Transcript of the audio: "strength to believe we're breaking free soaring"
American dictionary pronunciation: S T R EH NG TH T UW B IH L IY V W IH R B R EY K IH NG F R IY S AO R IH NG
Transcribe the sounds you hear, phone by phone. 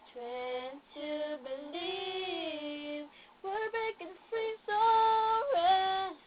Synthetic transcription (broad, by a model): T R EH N T UW B IH L IY V W IH R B EY K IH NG F R IY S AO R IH